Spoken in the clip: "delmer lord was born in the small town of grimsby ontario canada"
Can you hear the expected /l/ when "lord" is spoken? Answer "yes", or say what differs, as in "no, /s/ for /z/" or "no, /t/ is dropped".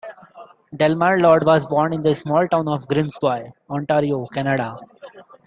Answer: yes